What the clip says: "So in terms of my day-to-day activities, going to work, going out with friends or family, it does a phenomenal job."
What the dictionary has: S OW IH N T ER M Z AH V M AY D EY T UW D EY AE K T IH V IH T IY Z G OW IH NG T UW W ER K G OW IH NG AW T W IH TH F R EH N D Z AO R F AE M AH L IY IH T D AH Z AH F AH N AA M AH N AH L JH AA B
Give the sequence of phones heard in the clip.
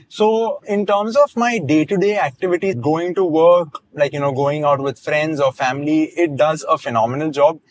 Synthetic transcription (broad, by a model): S OW IH N T ER M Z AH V M AY D EY T UW D EY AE K T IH V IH T IY G OW IH NG T UW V ER K G OW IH NG AW T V IH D F R EH N D Z AO R F AE M AH L IY IH T D AH Z AH F AH N AA M AH N AH L JH AA B